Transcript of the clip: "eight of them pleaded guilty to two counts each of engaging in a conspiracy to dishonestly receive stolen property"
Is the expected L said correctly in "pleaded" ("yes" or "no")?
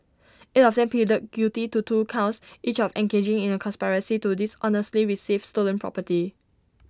no